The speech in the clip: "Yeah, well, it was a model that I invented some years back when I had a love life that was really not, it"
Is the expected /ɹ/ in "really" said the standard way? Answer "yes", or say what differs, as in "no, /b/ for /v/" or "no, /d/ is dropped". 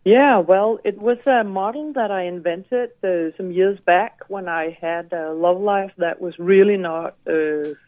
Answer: yes